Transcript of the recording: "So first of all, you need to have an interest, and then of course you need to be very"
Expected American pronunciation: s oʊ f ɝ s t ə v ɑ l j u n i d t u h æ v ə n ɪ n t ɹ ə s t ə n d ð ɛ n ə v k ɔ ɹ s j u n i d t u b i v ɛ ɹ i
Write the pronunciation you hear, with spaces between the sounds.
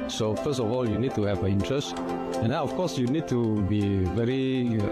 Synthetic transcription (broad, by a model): s oʊ f ɝ s t ə v ɑ l j u n i d t u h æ v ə ɪ n t ɹ ə s t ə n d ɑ ə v k ɔ ɹ s j u n i d t u b i v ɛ ɹ i